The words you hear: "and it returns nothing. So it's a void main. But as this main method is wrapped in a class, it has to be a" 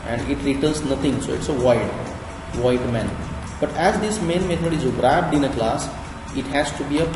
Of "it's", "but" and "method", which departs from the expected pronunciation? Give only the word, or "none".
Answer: method